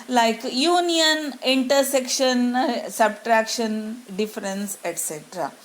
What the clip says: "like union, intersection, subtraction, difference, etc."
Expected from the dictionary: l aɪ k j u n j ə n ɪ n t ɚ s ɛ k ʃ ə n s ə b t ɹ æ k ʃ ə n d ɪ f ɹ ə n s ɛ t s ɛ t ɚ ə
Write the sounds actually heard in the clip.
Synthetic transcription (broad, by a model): l aɪ k j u n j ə n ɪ n t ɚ s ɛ k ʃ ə n s ə b t ɹ æ k ʃ ə n d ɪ f ɹ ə n s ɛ t s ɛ t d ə